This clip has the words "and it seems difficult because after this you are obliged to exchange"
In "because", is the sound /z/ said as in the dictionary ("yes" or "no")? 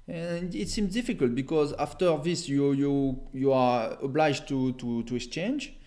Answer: yes